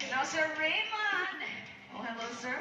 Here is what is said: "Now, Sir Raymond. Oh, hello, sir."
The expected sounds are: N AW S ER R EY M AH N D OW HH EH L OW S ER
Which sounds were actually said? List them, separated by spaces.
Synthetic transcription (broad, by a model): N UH S ER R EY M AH N OW HH EH L OW S ER